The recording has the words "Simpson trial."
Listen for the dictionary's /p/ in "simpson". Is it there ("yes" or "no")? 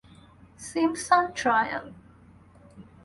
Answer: no